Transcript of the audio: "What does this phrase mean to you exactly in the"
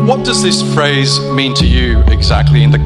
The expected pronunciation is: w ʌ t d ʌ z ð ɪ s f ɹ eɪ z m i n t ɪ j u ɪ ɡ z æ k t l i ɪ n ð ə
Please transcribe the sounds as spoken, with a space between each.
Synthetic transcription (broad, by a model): w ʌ t d ʌ z ð ɪ s f ɹ eɪ z m i n t ɪ j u ɪ ɡ z æ k t l i ɪ n ð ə